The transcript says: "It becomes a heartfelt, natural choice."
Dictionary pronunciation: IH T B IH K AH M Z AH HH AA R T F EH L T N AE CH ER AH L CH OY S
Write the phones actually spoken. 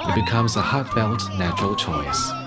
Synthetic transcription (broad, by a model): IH T B IH K AH M Z AH HH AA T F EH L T N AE CH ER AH L CH OY S